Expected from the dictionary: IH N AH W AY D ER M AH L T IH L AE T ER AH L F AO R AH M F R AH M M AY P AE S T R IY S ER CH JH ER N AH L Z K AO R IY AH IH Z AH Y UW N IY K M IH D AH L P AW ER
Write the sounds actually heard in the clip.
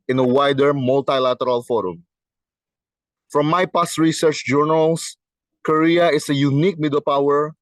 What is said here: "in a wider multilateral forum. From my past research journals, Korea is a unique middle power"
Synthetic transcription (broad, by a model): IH N AH W AY D ER M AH L T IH L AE T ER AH L F AO R AH M F R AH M M AY P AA S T R IY S ER CH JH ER N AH L S K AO R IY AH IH S AH Y UW N IY K M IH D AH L P AW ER